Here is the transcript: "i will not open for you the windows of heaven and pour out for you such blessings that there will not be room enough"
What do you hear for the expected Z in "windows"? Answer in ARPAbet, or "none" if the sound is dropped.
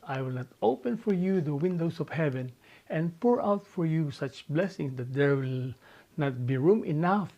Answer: S